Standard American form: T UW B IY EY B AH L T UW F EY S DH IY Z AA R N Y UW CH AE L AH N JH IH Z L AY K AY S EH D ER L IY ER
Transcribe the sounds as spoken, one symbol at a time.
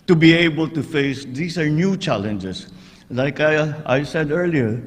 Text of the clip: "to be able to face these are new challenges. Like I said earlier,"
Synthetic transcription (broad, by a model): T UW B IY EY B AH L T UW F EY S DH IY S AA R N Y UW CH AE L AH N JH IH S L AY K AY S EH D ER L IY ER